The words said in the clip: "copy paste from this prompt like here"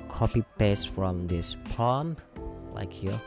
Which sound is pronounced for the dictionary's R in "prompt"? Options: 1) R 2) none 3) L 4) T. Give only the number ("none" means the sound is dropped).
2